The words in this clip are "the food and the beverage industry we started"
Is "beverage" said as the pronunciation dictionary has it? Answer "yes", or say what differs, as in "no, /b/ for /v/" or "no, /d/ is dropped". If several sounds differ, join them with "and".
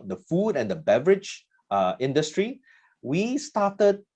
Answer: yes